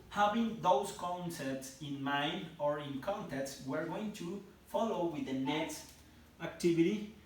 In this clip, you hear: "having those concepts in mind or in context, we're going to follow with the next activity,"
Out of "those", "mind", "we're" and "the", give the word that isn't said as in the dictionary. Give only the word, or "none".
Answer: those